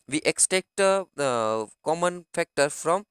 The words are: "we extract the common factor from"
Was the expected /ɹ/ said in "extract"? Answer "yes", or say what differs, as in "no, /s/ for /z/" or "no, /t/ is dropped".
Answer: no, /ɹ/ is dropped